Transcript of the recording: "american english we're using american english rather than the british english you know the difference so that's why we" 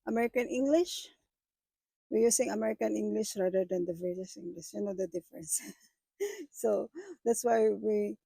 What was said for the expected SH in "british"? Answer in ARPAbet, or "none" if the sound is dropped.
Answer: S